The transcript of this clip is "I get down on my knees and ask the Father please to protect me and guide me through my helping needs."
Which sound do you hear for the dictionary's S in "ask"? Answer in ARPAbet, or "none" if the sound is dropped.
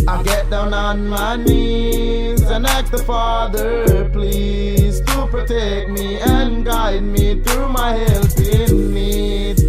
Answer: none